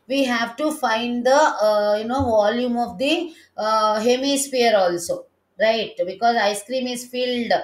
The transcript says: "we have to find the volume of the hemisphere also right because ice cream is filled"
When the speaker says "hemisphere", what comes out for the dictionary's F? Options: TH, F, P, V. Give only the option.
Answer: P